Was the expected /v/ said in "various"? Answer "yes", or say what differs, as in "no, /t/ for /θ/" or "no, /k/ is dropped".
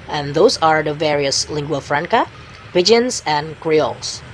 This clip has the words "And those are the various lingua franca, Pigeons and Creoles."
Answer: yes